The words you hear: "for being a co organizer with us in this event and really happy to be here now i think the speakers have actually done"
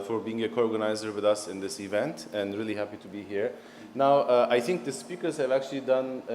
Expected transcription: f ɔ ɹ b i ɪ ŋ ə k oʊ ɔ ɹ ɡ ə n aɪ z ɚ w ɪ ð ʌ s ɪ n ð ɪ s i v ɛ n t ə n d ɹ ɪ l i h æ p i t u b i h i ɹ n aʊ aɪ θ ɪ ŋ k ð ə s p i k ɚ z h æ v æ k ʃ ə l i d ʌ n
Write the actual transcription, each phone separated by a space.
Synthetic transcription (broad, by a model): f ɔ ɹ b i ɪ ŋ ə k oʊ ɔ ɹ ɡ ə n aɪ z ɚ w ɪ ð ʌ s ɪ n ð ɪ s i v ɛ n t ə n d ɹ ɪ l i h æ p i t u b i h i ɹ n aʊ aɪ θ ɪ ŋ k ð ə s p i k ɚ z h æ v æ k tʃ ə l i d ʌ n